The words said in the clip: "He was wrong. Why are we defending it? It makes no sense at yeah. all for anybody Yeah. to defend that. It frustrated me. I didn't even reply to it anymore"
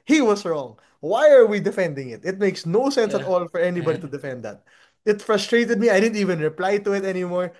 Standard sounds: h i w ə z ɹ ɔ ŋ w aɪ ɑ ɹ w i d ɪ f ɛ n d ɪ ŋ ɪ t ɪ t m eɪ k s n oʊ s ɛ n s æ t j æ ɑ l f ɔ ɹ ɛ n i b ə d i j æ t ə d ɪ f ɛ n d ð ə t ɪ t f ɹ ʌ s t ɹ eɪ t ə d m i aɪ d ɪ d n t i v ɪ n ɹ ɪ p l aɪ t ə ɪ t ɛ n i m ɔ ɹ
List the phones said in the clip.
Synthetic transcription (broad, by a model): h i w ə s ɹ ɔ ŋ w aɪ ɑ ɹ w i d ɪ f ɛ n d ɪ ŋ ɪ t ɪ t m eɪ k s n oʊ s ɛ n s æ t ɑ l f ɔ ɹ ɛ n i b ə d i t ə d ɪ f ɛ n d ð ə t ɪ t f ɹ ʌ s t ɹ eɪ t ə d m i aɪ d ɪ d n t i v ɪ n ɹ ɪ p l aɪ t ə ɪ t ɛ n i m ɔ ɹ